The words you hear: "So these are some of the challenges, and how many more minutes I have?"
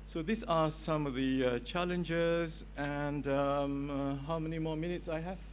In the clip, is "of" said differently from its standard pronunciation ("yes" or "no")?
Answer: no